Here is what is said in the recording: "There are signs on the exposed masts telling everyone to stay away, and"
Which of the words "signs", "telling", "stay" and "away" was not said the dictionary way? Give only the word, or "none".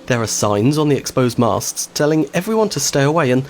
none